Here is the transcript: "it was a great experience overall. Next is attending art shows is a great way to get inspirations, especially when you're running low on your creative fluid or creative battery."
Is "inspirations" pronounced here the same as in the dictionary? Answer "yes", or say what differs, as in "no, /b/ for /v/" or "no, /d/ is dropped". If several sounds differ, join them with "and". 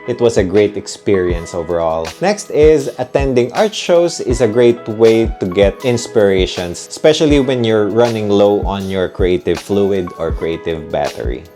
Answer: no, /s/ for /z/